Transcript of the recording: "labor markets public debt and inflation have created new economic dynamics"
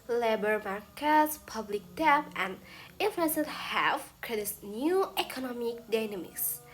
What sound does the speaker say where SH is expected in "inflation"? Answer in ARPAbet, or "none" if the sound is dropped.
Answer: S